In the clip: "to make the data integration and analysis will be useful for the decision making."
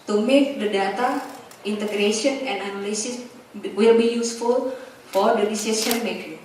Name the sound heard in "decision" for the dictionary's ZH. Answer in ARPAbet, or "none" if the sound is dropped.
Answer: S